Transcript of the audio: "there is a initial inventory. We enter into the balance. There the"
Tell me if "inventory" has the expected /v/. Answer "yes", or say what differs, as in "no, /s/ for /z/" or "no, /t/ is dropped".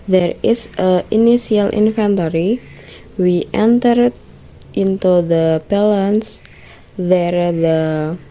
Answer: no, /f/ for /v/